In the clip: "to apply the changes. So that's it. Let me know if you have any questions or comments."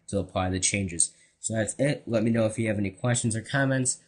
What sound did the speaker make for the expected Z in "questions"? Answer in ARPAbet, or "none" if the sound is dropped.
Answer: Z